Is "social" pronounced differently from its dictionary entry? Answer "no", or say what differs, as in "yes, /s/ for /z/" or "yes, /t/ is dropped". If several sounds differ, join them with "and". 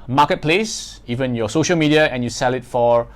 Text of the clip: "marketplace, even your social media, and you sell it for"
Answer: no